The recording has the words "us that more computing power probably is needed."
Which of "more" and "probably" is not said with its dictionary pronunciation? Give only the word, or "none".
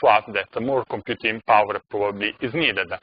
none